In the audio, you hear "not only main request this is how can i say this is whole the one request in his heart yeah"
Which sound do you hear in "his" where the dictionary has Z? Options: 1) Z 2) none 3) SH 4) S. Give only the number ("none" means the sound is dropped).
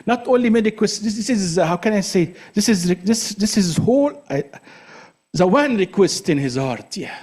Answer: 1